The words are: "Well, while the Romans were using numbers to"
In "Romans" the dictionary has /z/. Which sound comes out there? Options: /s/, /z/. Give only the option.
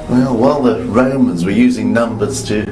/z/